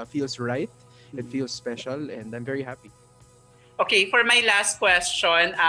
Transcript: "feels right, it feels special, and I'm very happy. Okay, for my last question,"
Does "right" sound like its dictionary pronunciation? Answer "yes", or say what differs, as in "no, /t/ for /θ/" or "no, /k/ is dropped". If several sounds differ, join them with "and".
yes